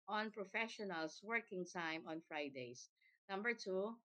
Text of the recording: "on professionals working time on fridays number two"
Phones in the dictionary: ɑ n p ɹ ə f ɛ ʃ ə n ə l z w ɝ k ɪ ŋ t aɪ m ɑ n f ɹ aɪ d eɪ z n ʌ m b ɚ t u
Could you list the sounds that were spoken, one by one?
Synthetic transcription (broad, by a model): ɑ n p ɹ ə f ɛ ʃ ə n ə l s w ɝ k ɪ ŋ t aɪ m ɑ n f ɹ aɪ d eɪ s n ʌ m b ɚ t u